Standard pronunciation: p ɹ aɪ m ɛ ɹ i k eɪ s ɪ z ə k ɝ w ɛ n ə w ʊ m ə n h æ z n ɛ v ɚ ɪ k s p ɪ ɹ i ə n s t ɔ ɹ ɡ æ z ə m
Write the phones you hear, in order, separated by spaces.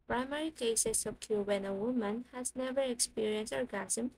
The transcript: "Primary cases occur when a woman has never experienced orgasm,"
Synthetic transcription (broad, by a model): p ɹ aɪ m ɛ ɹ i k eɪ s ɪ s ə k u w ɛ n ə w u m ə n h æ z n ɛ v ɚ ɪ k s p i ɹ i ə n s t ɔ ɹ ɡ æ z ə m